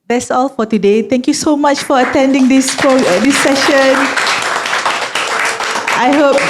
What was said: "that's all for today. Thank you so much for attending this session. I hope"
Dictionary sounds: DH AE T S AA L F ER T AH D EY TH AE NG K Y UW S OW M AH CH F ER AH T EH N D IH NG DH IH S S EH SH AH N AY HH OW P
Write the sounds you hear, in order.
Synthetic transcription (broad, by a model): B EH S AA L F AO T AH D EY T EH NG K Y UW S OW M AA CH F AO AH T EH N D IH NG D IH S S EH SH AH N AY HH OW P